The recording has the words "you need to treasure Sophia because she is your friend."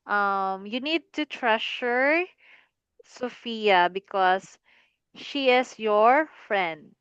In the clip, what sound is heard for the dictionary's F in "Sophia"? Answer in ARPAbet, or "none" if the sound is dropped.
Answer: F